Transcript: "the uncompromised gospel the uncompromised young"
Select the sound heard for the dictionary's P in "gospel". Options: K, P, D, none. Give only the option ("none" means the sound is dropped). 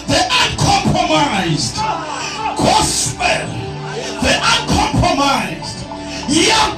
none